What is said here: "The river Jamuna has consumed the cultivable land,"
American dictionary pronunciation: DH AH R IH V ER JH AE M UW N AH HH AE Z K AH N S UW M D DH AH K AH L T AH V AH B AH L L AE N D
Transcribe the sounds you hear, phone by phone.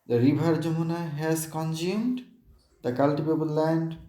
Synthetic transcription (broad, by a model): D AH R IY B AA JH AE M UW N AH HH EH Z K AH N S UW M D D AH K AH L T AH B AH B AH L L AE N D